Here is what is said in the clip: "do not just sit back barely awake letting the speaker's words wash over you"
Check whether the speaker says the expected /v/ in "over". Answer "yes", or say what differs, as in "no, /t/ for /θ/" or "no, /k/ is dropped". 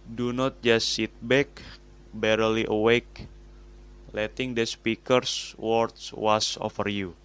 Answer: no, /f/ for /v/